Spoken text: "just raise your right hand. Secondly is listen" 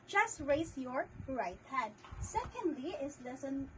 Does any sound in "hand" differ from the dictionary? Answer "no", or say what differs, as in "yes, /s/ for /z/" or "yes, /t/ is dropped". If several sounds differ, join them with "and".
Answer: yes, /n/ is dropped